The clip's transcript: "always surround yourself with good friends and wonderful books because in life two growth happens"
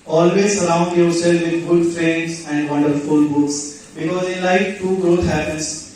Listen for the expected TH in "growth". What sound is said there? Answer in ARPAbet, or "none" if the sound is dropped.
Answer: T